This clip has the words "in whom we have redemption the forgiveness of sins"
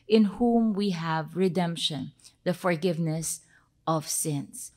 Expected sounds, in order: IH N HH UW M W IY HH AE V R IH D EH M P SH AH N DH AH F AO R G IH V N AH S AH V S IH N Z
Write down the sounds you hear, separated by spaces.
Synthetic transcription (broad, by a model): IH N HH UW M W IY HH AE V R IH D EH M P SH AH N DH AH F AO R G IH V N AH S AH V S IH N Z